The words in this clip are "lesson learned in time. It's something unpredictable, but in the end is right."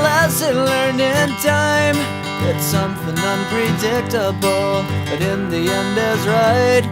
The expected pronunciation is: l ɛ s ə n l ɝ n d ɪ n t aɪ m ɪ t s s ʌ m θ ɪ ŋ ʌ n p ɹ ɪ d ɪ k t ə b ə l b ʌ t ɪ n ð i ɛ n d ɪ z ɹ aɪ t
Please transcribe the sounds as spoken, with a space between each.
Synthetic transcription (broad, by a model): l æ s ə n l ɝ n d ɪ n t aɪ m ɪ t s s ʌ m θ ɪ ŋ ʌ n p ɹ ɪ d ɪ k t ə b l b ʌ t ɪ n ð i ɛ n d ɪ z ɹ aɪ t